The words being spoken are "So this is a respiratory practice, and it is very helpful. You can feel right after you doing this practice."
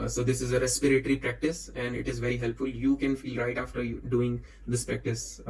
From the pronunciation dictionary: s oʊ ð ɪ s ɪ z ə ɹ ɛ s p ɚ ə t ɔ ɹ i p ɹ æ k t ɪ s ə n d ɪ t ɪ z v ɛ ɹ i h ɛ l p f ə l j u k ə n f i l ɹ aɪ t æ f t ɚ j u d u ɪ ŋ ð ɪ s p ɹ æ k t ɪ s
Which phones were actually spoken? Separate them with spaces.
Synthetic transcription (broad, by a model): s oʊ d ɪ s ɪ z ə ɹ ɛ s p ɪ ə t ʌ ɹ i p ɹ æ k t ɪ s ə n d ɪ t ɪ z v ɛ ɹ i h ɛ l p f ə l j u k ə n f i l ɹ aɪ t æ f t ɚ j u d u ɪ ŋ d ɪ s p ɹ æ k t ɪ s